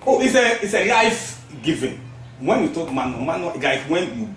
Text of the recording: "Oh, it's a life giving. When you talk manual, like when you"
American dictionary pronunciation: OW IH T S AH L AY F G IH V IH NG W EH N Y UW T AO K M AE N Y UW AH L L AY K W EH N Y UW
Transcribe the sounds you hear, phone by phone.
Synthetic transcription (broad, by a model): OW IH S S AH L AY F G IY V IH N W EH N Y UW T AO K M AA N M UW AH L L AY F W EH N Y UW